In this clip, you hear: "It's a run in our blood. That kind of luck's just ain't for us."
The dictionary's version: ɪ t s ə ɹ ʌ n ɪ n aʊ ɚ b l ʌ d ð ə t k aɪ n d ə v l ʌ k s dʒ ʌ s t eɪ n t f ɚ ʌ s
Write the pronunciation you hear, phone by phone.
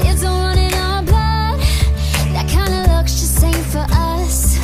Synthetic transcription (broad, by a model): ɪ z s ə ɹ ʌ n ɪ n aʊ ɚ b ʌ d ð ə t k aɪ n d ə l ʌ k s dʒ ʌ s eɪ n f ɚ ʌ s